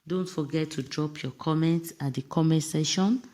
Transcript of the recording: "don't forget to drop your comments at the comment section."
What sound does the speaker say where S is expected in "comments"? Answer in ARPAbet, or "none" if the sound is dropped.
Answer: S